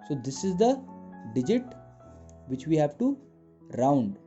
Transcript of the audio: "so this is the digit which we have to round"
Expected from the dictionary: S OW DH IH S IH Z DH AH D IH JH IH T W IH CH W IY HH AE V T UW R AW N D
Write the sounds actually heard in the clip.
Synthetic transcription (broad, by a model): S OW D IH S IH Z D AH D IH JH IH T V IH CH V IY HH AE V T UW R AW N D